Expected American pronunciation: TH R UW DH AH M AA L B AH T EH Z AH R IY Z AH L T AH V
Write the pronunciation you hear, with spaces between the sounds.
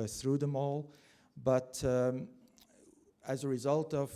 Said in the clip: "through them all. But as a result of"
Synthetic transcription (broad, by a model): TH R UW DH AH M AA L B AH T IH Z AH R IY Z AH L T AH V